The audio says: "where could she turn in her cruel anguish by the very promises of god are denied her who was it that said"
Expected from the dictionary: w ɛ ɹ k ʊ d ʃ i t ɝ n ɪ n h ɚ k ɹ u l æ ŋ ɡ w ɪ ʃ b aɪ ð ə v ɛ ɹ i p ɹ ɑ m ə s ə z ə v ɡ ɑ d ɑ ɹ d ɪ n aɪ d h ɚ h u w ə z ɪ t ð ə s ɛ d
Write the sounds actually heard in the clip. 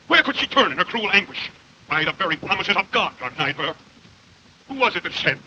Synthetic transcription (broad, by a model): w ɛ ɹ k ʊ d ʃ i t ɝ n ɪ n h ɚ k ɹ u l æ ŋ ɡ w ɪ ʃ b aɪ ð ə v ɛ ɹ i p ɹ ɑ m ə s ə z ə v ɡ ɑ d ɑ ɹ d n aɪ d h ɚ h u w ə z ɪ t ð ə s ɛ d